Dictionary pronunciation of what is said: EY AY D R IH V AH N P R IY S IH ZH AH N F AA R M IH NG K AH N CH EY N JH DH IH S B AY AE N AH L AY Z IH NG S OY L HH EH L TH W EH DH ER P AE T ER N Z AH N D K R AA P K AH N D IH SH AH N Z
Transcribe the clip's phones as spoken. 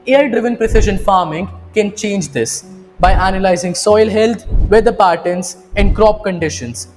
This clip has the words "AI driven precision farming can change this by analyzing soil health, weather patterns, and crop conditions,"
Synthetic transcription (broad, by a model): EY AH D R IH V AH N P R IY S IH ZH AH N F AA R M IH NG K AH N CH EY N JH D IH S B AY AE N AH L AY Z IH NG S OY L HH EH L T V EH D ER P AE T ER N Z AH N D K R AA P K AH N D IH SH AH N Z